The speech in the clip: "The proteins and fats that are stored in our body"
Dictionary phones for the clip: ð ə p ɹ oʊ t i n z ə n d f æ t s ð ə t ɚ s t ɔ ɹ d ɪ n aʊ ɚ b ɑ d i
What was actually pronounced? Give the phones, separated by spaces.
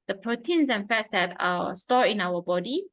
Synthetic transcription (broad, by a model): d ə p ɹ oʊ t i n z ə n f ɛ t s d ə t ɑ s t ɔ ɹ ɪ n aʊ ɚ b ɑ d i